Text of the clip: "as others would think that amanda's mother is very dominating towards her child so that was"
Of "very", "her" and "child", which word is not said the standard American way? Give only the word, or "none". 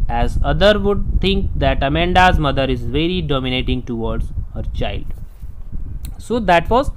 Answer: none